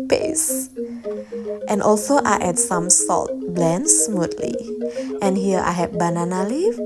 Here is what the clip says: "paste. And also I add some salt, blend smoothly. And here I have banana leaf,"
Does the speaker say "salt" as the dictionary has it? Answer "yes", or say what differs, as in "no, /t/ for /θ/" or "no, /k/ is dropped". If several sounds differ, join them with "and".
yes